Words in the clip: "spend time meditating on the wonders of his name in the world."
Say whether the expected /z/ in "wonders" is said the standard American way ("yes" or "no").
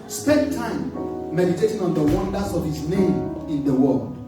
no